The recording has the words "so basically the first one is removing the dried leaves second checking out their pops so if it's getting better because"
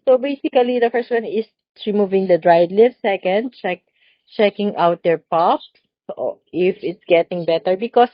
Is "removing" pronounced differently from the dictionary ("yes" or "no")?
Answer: no